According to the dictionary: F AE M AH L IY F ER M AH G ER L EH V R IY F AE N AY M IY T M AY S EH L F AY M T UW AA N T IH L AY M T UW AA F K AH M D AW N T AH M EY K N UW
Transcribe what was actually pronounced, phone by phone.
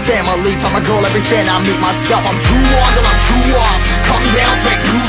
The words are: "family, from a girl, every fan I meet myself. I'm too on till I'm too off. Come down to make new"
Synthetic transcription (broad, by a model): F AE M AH L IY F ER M AH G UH L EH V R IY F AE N AY M IY T M AY S EH L F AY M T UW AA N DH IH N AY M T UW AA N K AH M D AW N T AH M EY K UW